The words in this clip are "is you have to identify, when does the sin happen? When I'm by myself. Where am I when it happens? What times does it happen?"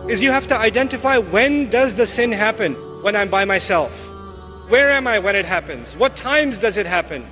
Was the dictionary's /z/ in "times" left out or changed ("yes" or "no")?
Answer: no